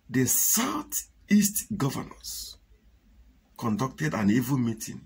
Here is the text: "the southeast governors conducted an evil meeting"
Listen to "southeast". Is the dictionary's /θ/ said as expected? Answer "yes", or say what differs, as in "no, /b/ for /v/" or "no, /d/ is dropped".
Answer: no, /t/ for /θ/